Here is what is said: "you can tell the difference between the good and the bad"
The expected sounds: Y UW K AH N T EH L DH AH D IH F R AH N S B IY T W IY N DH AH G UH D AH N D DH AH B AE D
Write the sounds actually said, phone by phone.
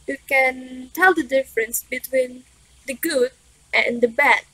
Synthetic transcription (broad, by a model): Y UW K AH N T EH L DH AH D IH F R AH N S B IY T W IY N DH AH G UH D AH N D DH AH B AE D